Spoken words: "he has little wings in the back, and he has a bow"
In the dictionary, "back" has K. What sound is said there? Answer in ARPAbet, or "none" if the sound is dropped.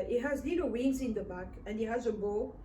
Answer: K